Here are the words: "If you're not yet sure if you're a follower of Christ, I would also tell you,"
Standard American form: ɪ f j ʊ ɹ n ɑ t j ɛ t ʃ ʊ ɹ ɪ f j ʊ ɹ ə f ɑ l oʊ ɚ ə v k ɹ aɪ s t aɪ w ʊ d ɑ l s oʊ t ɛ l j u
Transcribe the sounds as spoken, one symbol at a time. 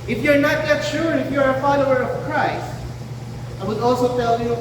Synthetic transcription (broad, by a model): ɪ f j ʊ ɹ n ɑ t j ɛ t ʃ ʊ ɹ ɪ f j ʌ ɹ ə f ɑ l oʊ ɚ ə v k ɹ aɪ s t aɪ w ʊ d ɑ l s oʊ t ɛ l j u